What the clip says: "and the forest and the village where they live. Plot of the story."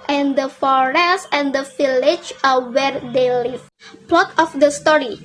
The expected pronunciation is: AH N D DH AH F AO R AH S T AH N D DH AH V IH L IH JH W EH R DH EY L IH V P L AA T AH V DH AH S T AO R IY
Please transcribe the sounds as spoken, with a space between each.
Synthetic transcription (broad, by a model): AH N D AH F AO R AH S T AH N D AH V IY L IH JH W EH R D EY L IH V P L AA T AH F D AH S T AO R IY